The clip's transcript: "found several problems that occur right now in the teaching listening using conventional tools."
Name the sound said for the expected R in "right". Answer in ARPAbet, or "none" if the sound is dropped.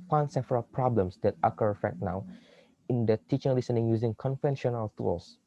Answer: L